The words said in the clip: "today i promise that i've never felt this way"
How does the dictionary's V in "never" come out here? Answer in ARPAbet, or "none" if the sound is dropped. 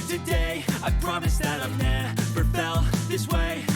P